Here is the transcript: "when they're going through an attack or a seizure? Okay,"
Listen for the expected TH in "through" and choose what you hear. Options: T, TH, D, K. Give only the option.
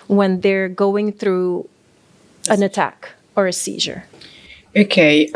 TH